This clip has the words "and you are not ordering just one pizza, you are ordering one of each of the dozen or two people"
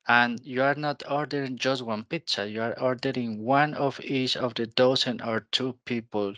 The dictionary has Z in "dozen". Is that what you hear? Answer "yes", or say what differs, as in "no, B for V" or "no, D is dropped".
no, S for Z